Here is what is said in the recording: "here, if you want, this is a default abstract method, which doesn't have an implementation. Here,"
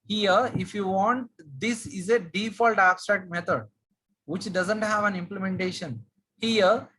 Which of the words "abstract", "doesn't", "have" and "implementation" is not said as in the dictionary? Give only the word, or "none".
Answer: none